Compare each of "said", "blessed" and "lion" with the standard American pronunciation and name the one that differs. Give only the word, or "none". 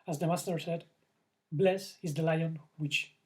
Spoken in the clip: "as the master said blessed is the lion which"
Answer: blessed